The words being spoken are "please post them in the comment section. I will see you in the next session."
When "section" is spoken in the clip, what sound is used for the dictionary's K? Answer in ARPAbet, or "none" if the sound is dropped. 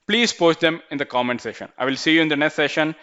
none